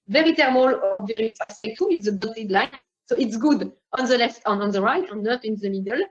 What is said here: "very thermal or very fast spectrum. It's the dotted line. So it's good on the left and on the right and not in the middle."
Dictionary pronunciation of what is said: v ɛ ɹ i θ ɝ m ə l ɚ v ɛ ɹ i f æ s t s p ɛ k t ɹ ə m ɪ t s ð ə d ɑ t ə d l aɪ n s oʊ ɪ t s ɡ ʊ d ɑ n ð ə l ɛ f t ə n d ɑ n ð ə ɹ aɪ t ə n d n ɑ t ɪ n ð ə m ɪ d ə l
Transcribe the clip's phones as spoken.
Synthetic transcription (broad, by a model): v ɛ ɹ i t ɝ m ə l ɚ v ɛ ɹ i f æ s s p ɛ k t ə ɪ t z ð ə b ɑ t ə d l aɪ n s oʊ ɪ t s ɡ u d ɑ n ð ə l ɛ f t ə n ɑ n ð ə ɹ aɪ t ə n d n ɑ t ɪ n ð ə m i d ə l